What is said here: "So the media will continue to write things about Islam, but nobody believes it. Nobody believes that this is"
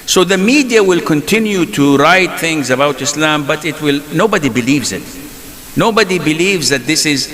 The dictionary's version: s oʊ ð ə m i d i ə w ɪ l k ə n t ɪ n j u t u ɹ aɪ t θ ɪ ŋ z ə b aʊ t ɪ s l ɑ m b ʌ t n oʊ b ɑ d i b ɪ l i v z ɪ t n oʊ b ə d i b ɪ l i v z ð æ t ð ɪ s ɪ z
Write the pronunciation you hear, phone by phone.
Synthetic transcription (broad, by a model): s oʊ ð ə m i d i ə w ɪ l k ə n t ɪ n j u t u ɹ aɪ t θ ɪ ŋ z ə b aʊ t ɪ s l ɑ m b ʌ t n oʊ b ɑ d i b ɪ l i v z ɪ t n oʊ b ə d i b ɪ l i v z ð æ t ð ɪ s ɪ z